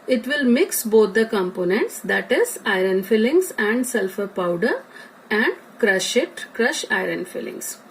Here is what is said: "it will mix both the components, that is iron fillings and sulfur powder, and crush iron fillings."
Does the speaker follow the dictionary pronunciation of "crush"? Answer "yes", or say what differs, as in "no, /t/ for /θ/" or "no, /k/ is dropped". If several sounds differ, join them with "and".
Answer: yes